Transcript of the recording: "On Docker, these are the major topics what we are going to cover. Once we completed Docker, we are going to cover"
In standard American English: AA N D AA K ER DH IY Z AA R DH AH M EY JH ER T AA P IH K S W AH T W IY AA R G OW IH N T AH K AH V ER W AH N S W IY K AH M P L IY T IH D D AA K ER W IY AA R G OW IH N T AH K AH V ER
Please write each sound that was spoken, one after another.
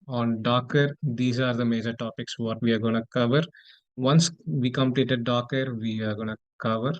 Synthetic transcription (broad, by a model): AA N D AA K ER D IY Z AA R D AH M EY JH ER T AA P IH K S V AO T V IY AA R G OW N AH K AH V ER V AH N S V IY K AH M P L IY T IH D D AA K ER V IY AA R G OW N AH K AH V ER